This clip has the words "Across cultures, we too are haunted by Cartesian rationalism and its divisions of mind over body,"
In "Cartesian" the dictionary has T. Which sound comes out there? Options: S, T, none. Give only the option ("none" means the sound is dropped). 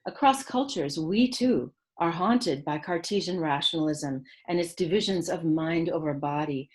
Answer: T